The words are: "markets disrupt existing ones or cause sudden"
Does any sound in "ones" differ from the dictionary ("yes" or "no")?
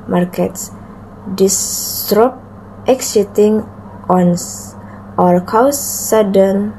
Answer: yes